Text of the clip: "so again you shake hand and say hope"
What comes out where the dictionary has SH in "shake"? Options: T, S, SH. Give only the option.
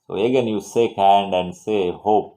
S